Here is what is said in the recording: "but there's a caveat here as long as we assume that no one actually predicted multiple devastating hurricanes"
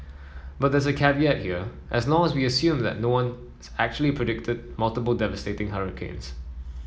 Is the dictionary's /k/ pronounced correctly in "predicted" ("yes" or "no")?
yes